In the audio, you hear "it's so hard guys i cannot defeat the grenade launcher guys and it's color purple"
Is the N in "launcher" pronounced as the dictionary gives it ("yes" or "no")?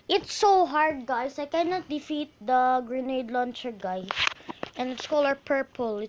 yes